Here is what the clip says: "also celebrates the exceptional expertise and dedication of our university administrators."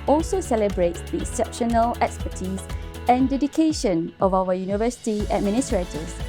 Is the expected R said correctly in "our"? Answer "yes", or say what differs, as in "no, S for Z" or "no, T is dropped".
no, W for R